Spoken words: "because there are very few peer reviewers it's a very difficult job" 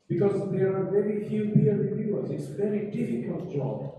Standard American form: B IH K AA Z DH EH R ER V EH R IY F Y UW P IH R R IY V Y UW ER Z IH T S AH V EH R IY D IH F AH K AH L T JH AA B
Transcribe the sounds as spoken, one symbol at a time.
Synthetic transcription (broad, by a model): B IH K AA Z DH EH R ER V EH R IY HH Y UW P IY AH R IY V Y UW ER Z IH T S V EH R IY D IH F AH K AH L T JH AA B